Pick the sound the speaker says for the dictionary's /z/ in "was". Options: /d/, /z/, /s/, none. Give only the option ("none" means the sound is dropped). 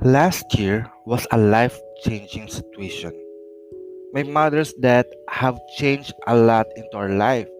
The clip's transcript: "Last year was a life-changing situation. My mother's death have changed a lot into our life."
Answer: /s/